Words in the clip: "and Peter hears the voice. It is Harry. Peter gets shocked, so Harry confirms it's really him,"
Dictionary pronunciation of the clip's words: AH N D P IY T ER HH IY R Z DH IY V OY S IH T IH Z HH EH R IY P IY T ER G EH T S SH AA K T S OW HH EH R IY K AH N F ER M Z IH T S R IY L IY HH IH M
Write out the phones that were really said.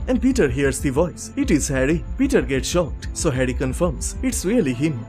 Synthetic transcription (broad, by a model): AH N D P IY T ER HH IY R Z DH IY V OY S IH T IH Z HH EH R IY P IY T ER G EH T S SH AA K T S OW HH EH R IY K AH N F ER M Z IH T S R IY L IY HH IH M